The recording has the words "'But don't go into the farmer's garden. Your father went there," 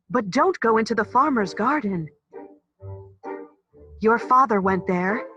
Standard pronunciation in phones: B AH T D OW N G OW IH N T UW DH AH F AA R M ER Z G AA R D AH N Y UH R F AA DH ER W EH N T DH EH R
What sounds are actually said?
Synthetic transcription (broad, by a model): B AH T D OW N G OW IH N T UW DH AH F AA R M ER Z G AA R D N Y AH R F AA DH ER W EH N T DH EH R